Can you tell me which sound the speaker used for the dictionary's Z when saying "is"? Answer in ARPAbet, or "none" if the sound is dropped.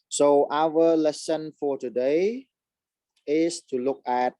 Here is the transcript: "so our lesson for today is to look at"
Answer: S